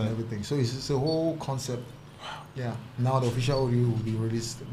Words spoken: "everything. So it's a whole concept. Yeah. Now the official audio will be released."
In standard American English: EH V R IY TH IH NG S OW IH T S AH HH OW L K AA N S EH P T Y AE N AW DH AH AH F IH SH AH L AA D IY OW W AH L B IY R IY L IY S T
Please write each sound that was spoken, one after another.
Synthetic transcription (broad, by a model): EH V R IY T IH NG S OW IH S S AH HH OW L K AA N S EH P T Y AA N AW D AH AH F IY SH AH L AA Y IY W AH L B IY R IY L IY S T